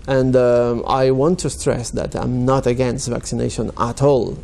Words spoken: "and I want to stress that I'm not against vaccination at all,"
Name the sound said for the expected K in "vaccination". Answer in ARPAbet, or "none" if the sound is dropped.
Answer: K